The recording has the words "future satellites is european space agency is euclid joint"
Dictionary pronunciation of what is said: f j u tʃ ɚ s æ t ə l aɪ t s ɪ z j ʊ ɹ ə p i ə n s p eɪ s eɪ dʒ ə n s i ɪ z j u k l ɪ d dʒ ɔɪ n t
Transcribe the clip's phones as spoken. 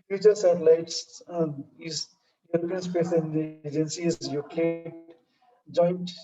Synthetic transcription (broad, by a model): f j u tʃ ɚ s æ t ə l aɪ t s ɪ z j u ɹ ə p i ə n s p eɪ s eɪ dʒ ə n s i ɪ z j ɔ k ɪ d dʒ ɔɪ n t